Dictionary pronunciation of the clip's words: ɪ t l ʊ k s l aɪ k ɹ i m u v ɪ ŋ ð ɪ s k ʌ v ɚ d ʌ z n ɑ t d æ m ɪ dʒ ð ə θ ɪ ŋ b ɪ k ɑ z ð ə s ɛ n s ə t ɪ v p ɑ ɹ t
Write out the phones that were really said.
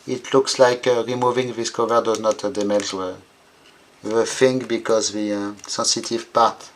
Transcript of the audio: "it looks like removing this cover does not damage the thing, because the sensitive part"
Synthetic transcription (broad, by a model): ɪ t l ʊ k s l aɪ k ɹ i m u v ɪ ŋ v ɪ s k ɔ v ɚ d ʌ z n ɑ t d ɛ m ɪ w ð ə f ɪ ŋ b ɪ k ɑ z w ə s ɛ n s ə t ɪ v p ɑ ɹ t